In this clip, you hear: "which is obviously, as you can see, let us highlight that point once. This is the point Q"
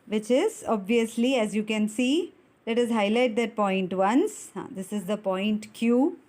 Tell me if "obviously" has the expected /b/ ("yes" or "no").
yes